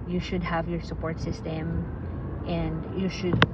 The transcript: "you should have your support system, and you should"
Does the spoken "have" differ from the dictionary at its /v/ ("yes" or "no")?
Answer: no